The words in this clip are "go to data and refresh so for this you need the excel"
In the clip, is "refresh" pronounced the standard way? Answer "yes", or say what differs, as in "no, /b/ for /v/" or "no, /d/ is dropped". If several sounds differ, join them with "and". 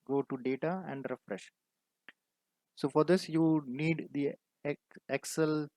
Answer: yes